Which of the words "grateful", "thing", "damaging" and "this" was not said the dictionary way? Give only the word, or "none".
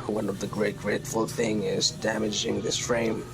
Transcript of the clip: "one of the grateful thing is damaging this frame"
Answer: none